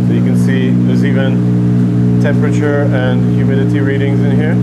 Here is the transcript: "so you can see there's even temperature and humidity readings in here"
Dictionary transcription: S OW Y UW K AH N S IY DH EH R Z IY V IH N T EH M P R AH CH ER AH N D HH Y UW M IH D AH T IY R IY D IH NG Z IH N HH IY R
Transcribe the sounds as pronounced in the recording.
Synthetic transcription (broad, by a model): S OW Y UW K AH N S IY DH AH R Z IY V IH N T EH M P R AH CH ER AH N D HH Y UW M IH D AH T IY R IY D IH NG Z IH N HH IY R